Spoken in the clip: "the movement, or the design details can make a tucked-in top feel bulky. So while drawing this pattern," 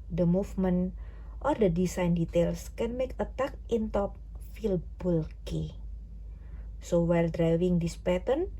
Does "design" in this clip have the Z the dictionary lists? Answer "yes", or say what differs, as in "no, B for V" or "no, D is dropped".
no, S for Z